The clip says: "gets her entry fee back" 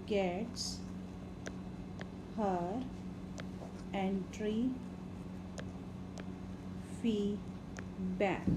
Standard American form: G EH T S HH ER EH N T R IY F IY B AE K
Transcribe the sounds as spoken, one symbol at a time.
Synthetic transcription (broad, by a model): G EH T S HH ER EH N T R IY F IY B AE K